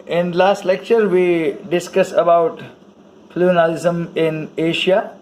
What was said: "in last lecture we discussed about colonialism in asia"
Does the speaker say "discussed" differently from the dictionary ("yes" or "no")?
yes